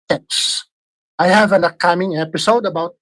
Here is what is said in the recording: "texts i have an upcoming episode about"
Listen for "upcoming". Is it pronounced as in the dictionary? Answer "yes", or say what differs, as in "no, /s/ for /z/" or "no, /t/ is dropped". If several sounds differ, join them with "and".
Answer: no, /p/ is dropped